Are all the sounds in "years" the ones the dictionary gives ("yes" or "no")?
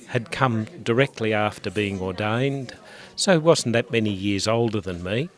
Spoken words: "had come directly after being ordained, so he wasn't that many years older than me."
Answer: yes